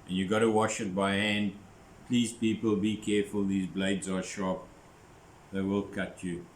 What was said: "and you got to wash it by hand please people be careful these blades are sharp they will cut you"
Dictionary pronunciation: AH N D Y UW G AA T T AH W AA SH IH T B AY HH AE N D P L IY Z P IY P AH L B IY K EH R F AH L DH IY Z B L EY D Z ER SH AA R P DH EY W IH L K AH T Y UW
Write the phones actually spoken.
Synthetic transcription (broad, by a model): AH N Y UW G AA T T AH W AA SH IH T B AY HH AE N D P L IY Z P IY P AH L B IY K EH F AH L DH IY Z B L EY D Z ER SH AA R P DH EY W IH L K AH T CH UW